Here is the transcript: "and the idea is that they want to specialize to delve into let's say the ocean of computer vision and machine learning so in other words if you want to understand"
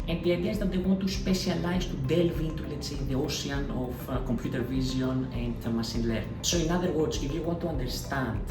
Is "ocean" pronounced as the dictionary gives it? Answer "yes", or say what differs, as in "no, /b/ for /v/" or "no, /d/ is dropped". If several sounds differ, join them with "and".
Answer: no, /s/ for /ʃ/